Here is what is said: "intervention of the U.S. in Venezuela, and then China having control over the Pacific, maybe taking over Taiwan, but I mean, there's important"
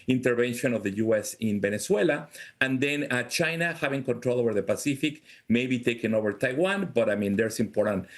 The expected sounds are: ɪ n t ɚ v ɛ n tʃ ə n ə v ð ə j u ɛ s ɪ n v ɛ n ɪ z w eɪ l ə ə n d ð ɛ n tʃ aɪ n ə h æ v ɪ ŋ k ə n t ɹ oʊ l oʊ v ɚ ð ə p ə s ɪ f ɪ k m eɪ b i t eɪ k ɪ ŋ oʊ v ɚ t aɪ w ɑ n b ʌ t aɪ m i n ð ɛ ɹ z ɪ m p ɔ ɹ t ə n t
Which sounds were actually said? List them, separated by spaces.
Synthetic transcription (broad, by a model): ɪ n t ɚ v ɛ n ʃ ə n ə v ð ə j u ɛ s ɪ n b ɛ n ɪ s w eɪ l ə ə n d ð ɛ n tʃ aɪ n ə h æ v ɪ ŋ k ə n t ɹ oʊ l oʊ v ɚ ð ə p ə s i f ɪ k m eɪ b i t eɪ k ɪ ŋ oʊ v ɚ t aɪ w ɑ n b ʌ t aɪ m i n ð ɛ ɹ s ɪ m p ɔ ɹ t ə n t